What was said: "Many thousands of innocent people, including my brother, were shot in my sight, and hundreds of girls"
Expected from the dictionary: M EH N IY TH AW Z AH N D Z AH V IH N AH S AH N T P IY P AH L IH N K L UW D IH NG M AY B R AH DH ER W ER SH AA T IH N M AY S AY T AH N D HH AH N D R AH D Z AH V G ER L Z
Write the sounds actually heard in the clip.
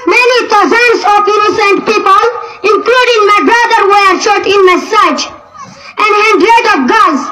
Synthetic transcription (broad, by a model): M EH N IY T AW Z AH N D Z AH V IH N AH S AH N T P IY P AH L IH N K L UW D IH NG M AY B R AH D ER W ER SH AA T IH N M AY S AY T AH N D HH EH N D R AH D AH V G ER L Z